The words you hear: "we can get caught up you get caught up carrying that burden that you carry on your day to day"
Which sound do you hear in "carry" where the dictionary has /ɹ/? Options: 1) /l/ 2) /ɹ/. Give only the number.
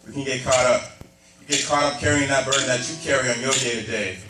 2